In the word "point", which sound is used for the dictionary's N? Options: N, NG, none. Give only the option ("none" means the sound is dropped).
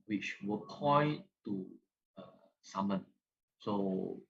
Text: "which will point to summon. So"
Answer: none